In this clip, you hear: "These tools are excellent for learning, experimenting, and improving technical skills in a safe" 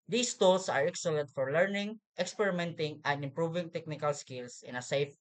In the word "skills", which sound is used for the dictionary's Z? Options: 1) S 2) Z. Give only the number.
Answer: 1